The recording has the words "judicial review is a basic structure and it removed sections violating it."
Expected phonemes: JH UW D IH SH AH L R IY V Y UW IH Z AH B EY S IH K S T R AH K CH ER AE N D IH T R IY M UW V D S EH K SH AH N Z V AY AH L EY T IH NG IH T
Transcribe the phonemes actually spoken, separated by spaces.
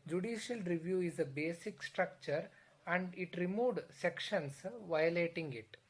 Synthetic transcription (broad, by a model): JH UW D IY SH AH L R IY V Y UW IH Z AH B EY S IH K S T R AH K CH ER AE N D IH T R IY M UW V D S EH K SH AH N S V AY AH L EY T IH NG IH T